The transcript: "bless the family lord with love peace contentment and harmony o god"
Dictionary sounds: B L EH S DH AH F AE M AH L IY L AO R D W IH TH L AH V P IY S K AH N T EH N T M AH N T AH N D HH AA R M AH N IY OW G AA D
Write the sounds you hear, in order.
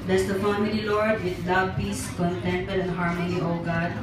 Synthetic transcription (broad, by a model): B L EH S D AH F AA M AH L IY L AO R D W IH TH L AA B P IY S K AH N T EH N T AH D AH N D HH AA R M AH N IY OW G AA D